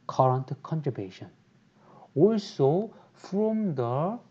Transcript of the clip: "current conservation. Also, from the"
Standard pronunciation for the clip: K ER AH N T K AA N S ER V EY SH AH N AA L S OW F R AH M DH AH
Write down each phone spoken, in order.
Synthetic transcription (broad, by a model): K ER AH N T K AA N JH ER B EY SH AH N AA L S OW F R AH M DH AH